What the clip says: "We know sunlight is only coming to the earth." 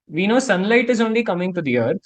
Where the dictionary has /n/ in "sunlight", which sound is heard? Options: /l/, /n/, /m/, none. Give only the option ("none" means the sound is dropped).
/n/